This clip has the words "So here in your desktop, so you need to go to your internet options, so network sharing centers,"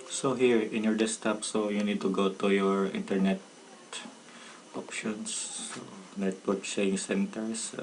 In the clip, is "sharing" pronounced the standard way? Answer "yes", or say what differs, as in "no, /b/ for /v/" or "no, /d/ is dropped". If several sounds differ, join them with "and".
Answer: no, /ɹ/ is dropped